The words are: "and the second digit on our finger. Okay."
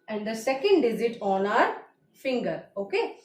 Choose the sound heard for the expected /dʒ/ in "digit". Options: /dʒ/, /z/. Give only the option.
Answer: /z/